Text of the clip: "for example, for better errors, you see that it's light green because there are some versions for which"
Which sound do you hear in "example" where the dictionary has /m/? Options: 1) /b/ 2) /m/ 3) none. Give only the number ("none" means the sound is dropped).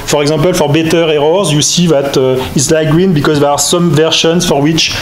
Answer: 3